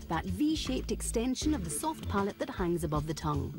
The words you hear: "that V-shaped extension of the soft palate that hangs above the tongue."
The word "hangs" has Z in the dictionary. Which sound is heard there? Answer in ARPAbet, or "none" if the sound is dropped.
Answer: Z